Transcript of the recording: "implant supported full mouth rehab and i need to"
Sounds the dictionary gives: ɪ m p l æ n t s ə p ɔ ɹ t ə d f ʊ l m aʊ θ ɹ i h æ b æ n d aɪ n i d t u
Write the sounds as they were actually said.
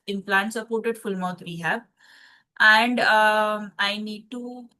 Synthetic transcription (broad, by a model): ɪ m p l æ n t s ə p ɔ ɹ t ə d f ʊ l m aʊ t ɹ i h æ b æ n d aɪ n i d t u